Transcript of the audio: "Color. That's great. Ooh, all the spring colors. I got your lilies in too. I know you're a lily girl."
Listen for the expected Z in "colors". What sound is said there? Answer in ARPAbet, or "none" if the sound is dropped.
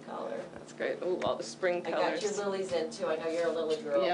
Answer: none